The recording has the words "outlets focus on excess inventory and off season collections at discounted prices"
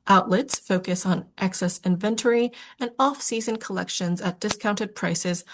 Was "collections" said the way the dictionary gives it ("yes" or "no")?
yes